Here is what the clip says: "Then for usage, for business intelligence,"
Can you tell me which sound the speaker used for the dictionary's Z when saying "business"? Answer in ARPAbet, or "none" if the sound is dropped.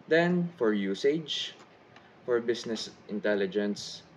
S